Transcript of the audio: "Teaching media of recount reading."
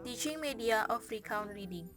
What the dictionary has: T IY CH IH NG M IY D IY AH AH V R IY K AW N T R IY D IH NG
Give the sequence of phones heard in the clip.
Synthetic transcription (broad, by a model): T IY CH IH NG M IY D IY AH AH F R IY K AW N T R IY D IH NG